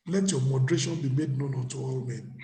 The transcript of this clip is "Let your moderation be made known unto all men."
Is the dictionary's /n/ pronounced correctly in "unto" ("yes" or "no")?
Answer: no